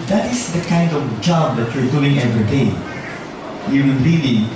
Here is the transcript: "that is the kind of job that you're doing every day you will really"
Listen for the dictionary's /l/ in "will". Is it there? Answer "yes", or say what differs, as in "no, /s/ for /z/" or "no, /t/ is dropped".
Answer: no, /n/ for /l/